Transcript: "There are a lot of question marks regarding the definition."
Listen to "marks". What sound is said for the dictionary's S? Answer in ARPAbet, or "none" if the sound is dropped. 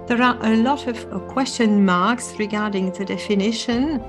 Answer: S